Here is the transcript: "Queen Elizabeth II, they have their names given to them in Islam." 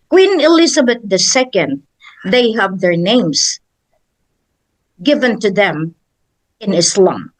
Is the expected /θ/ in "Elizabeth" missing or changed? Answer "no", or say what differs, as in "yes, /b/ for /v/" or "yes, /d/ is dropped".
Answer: yes, /s/ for /θ/